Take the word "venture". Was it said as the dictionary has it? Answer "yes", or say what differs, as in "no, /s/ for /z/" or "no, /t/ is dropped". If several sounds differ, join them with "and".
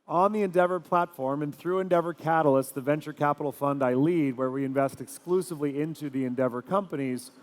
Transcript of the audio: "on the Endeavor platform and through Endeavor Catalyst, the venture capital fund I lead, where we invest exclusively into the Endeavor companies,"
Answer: yes